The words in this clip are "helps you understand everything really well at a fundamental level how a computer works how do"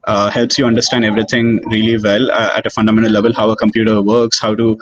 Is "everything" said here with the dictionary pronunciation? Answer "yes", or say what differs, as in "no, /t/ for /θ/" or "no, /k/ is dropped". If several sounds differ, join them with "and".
no, /t/ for /θ/